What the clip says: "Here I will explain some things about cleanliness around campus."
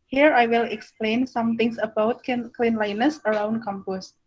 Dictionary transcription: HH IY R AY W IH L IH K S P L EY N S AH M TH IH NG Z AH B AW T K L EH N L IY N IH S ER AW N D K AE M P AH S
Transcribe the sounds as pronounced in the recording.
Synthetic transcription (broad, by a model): HH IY R AY W IH L IH K S P L EY N S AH M T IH NG S AH B AW T K L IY N L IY N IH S ER AW N D K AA M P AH S